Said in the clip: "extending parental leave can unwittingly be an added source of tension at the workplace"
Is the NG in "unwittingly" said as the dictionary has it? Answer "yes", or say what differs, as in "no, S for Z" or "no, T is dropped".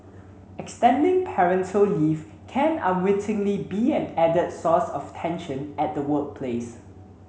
yes